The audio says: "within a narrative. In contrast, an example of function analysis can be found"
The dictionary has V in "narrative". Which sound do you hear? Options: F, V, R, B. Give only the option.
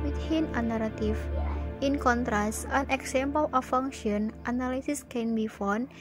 F